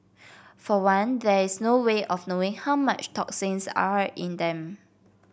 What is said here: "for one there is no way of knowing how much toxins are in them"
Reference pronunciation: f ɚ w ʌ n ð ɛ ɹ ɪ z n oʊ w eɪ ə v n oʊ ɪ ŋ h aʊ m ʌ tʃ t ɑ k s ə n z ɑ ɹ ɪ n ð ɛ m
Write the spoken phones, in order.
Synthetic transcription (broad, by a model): f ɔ w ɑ n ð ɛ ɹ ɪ s n oʊ w eɪ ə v n oʊ ɪ ŋ h aʊ m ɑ tʃ t ɑ k s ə n s ɑ ɹ ɪ n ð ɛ m